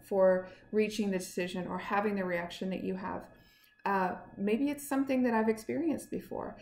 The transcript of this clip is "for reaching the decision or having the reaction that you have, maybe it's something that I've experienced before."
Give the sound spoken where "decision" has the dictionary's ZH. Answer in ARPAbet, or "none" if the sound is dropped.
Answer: ZH